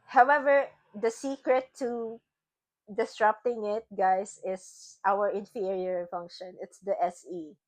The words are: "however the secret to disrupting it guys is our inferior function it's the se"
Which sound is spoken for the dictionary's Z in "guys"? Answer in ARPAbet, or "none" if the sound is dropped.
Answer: S